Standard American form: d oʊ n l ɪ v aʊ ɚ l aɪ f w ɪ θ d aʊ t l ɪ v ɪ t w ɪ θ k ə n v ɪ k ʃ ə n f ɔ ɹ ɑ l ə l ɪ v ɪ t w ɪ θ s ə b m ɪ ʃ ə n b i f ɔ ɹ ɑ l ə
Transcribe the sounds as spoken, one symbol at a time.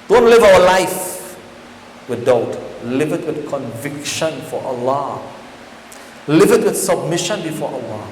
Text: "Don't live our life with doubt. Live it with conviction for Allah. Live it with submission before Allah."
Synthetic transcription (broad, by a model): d oʊ n l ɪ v aʊ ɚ l aɪ f w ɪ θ d aʊ t l ɪ v ɪ t w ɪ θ k ə n v ɪ k ʃ ə n f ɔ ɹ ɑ l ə l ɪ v ɪ t w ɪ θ s ə b m ɪ ʃ ə n b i f ɔ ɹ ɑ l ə